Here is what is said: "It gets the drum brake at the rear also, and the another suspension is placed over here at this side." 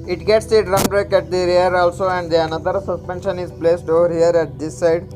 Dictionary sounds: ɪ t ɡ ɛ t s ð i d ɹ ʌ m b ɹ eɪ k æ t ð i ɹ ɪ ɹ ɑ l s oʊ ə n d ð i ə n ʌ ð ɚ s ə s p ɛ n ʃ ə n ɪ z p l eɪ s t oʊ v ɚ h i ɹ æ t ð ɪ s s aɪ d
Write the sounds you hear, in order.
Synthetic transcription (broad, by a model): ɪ t ɡ ɛ t s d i d ɹ ʌ m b ɹ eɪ k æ t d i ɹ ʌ ɹ ɑ l s oʊ ə n d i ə n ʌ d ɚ s ə s p ɛ n ʃ ə n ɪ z p l eɪ s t oʊ v ɚ h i ɹ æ t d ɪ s s aɪ d